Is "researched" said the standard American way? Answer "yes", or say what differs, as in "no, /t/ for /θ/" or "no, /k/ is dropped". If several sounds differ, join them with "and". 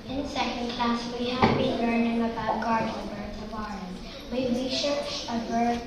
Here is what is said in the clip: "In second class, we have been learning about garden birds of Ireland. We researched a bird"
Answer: no, /ʃ/ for /s/